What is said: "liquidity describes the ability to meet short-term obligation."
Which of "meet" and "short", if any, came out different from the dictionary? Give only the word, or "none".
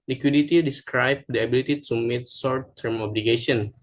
short